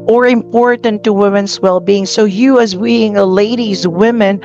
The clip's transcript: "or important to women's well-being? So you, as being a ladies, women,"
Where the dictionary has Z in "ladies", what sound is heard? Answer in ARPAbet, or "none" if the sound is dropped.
Z